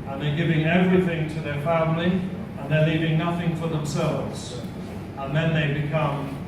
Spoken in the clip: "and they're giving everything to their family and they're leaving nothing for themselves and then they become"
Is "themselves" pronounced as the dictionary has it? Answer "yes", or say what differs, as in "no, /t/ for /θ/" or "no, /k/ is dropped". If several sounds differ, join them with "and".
yes